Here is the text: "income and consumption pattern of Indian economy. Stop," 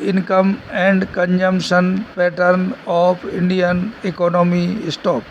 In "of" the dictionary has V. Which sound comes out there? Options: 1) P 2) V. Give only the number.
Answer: 1